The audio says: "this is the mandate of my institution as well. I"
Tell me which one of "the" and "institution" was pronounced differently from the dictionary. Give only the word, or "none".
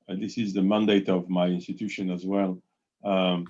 none